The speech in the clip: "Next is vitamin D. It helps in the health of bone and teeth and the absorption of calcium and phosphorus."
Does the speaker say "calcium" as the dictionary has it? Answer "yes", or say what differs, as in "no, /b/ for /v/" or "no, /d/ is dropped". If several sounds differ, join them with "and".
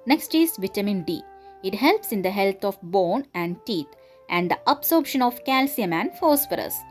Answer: yes